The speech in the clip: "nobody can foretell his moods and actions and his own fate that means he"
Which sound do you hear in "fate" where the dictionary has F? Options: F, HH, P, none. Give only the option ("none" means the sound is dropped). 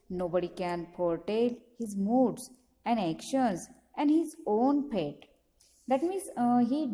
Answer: P